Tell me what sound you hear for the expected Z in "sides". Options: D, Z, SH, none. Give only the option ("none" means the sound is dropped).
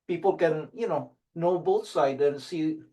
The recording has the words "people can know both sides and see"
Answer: none